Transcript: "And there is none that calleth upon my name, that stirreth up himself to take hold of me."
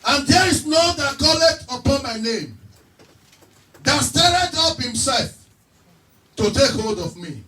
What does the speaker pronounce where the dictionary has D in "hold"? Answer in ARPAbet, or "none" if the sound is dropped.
D